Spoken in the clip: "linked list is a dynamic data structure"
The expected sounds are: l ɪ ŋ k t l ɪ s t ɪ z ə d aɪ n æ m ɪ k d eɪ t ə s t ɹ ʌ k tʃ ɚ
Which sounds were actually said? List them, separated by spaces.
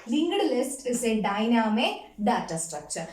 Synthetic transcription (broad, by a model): l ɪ ŋ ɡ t l ɪ s t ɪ s ə d aɪ n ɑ m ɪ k d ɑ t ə s t ɹ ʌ k tʃ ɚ